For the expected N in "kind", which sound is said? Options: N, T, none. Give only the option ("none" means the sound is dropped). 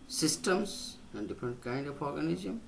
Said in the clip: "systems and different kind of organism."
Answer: N